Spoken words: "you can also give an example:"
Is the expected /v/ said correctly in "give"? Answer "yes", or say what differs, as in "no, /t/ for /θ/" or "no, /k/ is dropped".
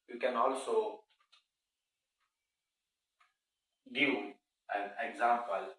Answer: no, /v/ is dropped